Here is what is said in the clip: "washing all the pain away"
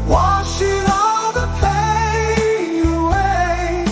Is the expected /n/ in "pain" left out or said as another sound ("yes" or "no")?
yes